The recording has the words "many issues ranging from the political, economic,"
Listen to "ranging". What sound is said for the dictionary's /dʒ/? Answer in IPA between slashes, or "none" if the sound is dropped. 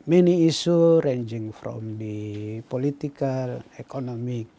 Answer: /dʒ/